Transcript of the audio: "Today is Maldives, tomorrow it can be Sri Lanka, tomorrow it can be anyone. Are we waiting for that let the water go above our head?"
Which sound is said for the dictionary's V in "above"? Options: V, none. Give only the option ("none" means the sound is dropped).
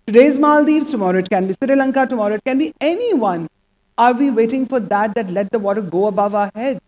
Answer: V